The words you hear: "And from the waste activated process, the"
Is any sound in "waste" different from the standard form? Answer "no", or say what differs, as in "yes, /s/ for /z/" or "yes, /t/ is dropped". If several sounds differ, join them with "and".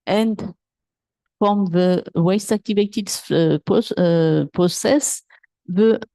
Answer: no